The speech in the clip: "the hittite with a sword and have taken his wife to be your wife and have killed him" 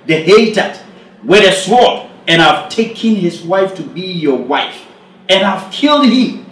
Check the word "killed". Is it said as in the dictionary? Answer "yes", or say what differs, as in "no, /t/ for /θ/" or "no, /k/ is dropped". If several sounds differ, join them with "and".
yes